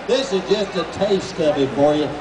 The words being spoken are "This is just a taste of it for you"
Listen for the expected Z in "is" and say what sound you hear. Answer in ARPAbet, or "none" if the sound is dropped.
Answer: Z